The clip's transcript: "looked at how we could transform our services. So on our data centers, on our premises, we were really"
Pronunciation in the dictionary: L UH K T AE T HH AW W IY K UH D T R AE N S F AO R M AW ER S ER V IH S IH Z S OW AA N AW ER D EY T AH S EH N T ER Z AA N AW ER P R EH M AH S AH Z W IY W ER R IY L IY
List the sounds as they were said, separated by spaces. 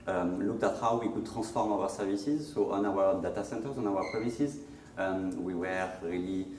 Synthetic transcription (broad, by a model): L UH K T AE T HH AW W IY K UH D T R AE S F AO R M AW ER S ER V IH S IH Z S OW AA N AW ER D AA T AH S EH N T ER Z AA N AW ER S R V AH S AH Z W IY W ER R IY L IY